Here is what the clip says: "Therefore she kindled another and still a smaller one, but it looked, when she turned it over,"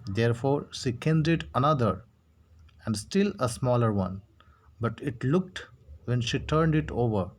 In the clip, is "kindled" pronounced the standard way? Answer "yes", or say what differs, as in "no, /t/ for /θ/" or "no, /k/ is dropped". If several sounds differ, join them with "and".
no, /l/ is dropped